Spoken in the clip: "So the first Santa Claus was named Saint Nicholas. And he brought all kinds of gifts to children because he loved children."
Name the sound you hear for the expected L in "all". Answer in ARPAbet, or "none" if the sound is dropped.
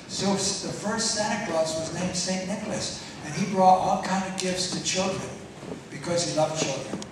L